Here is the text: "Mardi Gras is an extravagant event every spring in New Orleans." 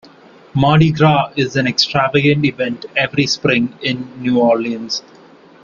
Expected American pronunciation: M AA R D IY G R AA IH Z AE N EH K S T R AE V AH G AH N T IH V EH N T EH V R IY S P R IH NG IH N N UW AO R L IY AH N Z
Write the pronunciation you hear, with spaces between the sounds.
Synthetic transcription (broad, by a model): M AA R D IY G R AA IH Z AE N EH K S T R AE V AH G AH N T IH V EH N T EH V R IY S P R IH NG IH N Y UW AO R L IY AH N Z